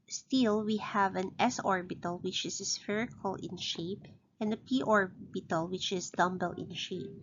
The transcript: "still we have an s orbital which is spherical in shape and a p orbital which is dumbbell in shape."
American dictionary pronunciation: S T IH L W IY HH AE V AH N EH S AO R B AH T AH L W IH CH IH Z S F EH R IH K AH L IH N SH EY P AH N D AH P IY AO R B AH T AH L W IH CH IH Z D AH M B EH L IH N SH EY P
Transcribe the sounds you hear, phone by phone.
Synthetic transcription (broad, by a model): S T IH L W IY HH AE V AH N EH S AO R B AH T AH L W IH CH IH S S F EH R IH K AH L IH N SH EY P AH N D AH P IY AO R B AH T AH L W IH CH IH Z D AH M B EH L IH N SH EY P